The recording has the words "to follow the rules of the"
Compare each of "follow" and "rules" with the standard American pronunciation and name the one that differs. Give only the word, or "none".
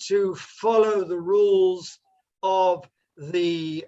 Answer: none